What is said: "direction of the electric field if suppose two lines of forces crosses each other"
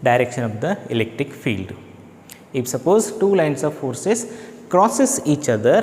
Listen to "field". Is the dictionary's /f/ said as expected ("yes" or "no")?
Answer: yes